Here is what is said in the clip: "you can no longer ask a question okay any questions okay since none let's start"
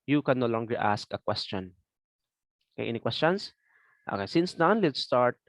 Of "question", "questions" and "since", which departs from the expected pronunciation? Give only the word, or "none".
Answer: questions